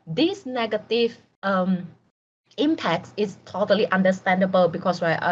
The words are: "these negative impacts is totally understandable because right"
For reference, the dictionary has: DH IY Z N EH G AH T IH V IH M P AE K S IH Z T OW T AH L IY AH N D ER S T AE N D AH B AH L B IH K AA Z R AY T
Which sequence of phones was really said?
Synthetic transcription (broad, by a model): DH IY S N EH G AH T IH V IH M P AE K S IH S T OW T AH L IY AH N D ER S T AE N D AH B AH L B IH K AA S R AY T